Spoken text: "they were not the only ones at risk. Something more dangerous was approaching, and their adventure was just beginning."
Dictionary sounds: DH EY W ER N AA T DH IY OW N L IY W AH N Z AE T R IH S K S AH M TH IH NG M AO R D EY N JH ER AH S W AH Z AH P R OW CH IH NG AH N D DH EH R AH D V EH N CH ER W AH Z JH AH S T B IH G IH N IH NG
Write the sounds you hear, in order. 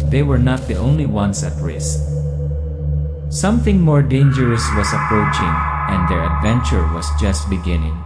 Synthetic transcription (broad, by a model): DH EY W ER N AA T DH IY OW N L IY W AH N S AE T R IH S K S AH M TH IH NG M AO R D EY N JH ER AH S W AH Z AH P R OW CH IH NG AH N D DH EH R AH D V EH N CH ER W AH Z JH AH S T B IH G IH N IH NG